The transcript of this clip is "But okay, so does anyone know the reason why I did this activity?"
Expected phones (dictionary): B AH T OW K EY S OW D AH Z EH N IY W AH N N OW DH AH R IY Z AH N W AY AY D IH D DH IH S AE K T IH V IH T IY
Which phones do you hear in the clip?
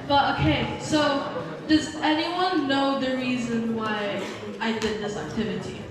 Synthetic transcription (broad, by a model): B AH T OW K EY S OW D AH Z EH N IY W AH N N OW DH AH R IY Z AH N W AY AY D IH D DH IH S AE K T IH V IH T IY